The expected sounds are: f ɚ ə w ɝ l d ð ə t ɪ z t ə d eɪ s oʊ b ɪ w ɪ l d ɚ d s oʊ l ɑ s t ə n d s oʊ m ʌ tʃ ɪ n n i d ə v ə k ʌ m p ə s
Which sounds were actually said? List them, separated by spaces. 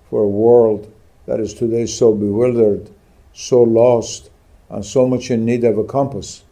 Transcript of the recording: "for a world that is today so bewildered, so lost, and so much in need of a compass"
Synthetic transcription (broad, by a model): f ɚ ə w ɝ l d ð ə t ɪ z t ə d eɪ s oʊ b ɪ w ɪ l d ɚ d s oʊ l ɑ s t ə n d s oʊ m ʌ tʃ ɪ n n i d ə v ə k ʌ m p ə s